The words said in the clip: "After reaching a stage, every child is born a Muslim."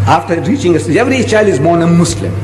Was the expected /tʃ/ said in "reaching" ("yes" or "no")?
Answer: yes